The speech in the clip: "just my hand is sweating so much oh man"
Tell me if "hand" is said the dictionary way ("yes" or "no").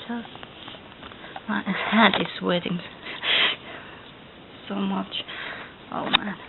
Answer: no